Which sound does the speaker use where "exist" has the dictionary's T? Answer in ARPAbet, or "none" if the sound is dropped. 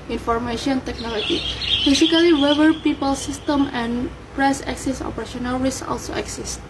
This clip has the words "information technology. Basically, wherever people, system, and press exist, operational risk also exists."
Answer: none